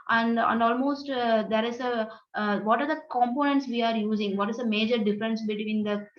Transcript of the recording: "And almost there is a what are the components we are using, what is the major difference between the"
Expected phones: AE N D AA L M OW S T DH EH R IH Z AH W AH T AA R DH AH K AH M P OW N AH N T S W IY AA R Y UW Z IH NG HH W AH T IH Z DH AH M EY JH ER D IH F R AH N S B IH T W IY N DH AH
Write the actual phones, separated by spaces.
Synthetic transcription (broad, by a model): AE N D AA L M OW S T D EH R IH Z AH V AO T AA R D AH K AH M P OW N AH N T S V IY AA R Y UW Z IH NG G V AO T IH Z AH M EY JH ER D IH F R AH N S B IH T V IY N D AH